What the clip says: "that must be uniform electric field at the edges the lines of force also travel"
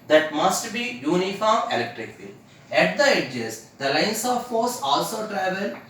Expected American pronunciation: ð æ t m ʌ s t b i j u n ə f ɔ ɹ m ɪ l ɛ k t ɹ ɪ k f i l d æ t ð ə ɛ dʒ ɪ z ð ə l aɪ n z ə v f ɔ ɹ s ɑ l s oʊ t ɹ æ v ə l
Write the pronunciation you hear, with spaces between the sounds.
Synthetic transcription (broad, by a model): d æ t m ʌ s t b i j u n ə f ɔ ɹ m ɪ l ɛ k t ɹ ɪ k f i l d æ t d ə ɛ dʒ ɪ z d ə l aɪ n s ə v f ɔ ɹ s ɑ l s oʊ t ɹ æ v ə l